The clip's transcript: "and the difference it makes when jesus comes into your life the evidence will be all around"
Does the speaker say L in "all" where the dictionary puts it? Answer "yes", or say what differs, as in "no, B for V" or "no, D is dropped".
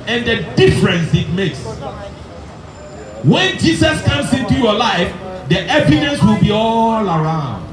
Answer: yes